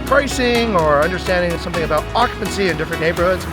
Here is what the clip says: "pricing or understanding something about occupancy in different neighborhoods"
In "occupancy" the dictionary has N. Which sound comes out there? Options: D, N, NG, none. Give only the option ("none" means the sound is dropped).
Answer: N